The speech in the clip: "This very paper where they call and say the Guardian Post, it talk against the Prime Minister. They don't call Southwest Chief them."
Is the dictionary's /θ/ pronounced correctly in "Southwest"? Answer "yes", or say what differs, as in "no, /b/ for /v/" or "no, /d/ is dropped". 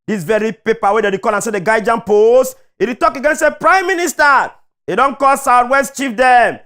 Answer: no, /t/ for /θ/